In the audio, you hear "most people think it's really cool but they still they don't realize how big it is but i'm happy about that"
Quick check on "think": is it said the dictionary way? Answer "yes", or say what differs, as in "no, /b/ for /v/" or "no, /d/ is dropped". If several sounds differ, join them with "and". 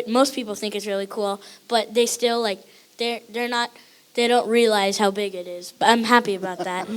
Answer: yes